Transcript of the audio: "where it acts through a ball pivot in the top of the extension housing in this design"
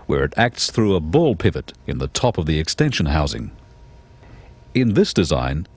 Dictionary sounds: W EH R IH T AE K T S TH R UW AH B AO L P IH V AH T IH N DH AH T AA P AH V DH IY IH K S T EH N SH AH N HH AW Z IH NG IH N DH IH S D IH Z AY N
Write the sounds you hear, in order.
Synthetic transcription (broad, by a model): W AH R IH T AE K T S TH R UW AH B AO L P IH V AH T IH N DH AH T AA P AH V DH IY IH K S T EH N SH AH N HH AW Z IH NG IH N DH IH S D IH Z AY N